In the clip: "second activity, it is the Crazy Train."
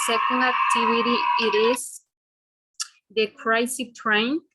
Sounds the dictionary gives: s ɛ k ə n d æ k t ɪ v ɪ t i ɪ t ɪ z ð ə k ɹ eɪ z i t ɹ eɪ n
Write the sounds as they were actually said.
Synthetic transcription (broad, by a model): s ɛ k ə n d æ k t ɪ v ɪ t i ɪ t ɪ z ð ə k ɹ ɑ s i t ɹ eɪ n